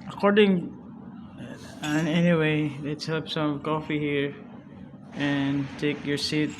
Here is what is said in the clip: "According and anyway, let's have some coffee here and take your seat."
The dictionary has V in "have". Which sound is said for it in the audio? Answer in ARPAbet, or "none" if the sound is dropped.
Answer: P